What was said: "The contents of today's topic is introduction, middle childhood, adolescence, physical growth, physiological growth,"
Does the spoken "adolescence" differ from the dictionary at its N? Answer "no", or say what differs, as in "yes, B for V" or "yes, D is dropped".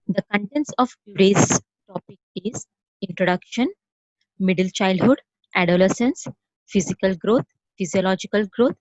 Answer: no